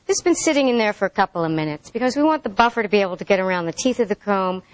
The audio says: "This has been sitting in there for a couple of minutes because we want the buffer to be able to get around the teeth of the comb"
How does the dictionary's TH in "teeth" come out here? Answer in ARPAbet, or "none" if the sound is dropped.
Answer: TH